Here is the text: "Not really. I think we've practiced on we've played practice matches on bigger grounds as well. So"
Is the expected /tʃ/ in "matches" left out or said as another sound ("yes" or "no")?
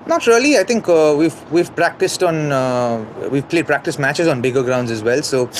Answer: no